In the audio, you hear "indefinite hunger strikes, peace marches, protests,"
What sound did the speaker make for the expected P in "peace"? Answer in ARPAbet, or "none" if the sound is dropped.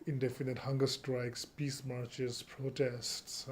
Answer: P